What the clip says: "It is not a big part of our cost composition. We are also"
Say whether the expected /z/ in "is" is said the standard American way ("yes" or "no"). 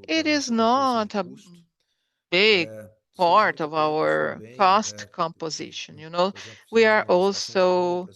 yes